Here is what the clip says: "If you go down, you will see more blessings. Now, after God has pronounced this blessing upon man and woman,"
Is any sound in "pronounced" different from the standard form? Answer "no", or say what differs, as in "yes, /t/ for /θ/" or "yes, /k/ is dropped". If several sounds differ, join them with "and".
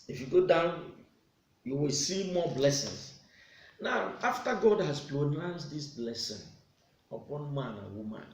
yes, /l/ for /ɹ/